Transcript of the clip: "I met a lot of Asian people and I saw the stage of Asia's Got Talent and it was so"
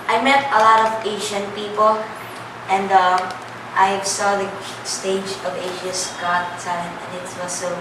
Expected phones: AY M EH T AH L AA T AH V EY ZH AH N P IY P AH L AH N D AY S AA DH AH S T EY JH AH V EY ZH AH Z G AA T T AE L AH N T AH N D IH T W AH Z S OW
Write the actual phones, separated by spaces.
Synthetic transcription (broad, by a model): AY M EH T AH L AA T AH V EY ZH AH N P IY P L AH N D AY S AA DH AH S T EY JH AH V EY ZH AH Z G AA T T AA AH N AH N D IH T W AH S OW